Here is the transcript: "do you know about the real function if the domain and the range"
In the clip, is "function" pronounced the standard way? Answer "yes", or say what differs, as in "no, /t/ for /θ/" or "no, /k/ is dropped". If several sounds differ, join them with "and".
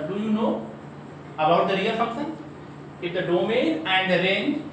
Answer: no, /ŋ/ is dropped and /s/ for /ʃ/